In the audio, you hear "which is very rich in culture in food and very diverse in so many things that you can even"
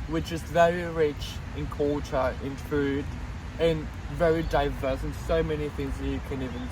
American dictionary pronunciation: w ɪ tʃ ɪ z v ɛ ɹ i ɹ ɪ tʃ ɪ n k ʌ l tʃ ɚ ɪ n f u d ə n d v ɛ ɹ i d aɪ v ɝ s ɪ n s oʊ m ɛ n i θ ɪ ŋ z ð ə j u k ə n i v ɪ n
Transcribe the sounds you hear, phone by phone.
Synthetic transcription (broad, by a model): w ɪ tʃ ɪ z v ɛ ɹ i ɹ ɪ tʃ ɪ n k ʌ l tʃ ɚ ɪ n f u d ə n v ɛ ɹ i d aɪ v ɝ s ɪ n s oʊ m ɛ n i θ ɪ ŋ z ð ə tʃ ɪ k ə n i v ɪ n